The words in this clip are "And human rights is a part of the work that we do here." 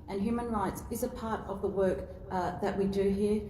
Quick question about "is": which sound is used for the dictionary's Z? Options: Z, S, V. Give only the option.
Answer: Z